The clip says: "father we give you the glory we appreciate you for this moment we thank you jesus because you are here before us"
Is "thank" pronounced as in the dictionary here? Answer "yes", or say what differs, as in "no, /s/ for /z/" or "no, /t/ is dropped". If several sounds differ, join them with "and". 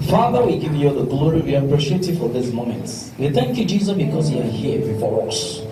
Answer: yes